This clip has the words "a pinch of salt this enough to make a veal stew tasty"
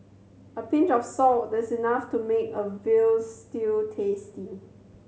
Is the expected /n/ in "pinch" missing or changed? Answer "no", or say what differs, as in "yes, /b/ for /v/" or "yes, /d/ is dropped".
no